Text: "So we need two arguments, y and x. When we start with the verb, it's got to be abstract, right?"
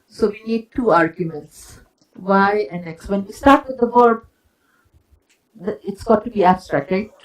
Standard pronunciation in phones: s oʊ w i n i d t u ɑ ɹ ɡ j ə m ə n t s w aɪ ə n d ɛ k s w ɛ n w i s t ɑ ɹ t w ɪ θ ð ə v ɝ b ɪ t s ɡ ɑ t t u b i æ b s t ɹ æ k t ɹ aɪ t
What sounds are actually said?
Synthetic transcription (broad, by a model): s oʊ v i n i d t u ɑ ɹ ɡ j ə m ə n t s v aɪ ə n ɛ k s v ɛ n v i s t ɑ ɹ t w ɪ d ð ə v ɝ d ɪ t s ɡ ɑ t t u b i æ b s t ɹ æ k t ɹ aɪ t